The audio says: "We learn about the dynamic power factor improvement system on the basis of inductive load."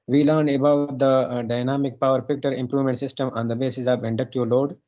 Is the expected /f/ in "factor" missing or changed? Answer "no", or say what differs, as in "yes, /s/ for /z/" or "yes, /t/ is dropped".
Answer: yes, /p/ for /f/